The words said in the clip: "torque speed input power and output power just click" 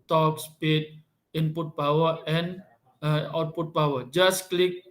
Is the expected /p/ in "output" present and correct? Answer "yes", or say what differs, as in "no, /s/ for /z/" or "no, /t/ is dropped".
yes